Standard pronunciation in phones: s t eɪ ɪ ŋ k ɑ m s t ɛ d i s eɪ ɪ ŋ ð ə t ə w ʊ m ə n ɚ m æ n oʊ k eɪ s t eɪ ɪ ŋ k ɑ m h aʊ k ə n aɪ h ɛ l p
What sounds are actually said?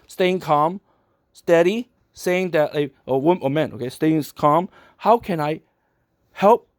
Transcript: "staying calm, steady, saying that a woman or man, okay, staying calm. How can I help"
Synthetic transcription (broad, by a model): s t eɪ ɪ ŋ k ɑ m s t ɛ d i s eɪ ɪ ŋ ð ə t ə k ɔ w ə ɚ m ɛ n oʊ k eɪ s t eɪ ɪ ŋ k ɑ m h aʊ k ə n aɪ h ɛ l p